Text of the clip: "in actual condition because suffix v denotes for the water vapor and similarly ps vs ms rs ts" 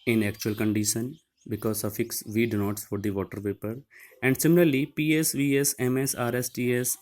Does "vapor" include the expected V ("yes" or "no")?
no